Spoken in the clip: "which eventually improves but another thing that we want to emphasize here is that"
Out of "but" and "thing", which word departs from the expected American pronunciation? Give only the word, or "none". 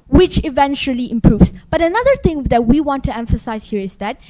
thing